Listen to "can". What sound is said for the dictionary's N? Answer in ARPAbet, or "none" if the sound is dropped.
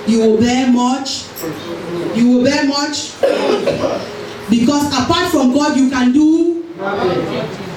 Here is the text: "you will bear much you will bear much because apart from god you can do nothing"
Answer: N